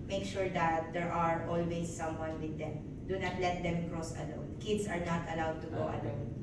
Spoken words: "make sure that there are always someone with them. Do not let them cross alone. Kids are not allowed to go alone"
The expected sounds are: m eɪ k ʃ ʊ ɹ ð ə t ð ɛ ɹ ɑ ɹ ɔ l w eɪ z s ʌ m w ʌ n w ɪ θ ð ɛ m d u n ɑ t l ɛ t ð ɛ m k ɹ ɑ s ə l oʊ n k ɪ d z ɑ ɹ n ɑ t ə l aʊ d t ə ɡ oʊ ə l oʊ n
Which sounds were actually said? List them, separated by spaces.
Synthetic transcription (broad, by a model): m eɪ k ʃ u ɹ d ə t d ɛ ɹ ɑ ɹ ɔ l w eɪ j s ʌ m w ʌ n w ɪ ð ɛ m d u n ɑ t l ɛ t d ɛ m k ɹ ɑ s ə l oʊ n k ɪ d s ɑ ɹ n ɑ t ə l aʊ d t ə ɡ oʊ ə l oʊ n